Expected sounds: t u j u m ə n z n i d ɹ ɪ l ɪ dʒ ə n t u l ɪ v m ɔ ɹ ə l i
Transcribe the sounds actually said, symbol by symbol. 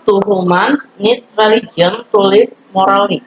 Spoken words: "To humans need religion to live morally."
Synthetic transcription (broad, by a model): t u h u m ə n s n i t ɹ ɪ l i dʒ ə n t u l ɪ f m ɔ ɹ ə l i